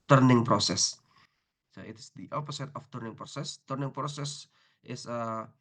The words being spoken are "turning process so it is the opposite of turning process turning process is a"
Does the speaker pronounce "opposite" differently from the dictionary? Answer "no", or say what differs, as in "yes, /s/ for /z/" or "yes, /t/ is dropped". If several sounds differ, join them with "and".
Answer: yes, /s/ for /z/